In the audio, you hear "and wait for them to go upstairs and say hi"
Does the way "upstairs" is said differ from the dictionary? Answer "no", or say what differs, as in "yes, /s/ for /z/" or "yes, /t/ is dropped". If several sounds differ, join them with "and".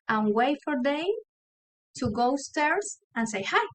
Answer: yes, /p/ is dropped